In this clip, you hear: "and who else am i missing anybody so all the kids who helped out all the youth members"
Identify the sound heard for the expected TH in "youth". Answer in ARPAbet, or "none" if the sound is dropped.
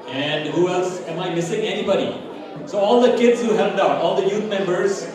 T